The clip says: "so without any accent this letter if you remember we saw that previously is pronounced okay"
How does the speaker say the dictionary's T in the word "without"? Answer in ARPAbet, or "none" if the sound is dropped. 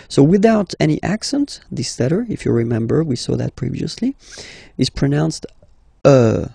T